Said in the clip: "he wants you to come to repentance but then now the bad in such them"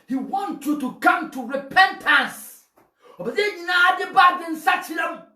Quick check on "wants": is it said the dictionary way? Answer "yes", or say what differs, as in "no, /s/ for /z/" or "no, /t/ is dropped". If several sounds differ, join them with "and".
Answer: no, /s/ is dropped